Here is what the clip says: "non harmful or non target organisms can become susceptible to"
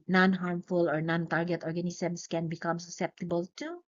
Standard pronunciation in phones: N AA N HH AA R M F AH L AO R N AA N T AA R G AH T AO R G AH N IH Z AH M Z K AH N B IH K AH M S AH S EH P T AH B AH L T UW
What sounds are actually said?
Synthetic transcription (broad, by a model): N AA N HH AA R M F AH L AO R N AA N T AA R G AH T AO R G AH N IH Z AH M S K AH N B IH K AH M S AH S EH P T AH B AH L T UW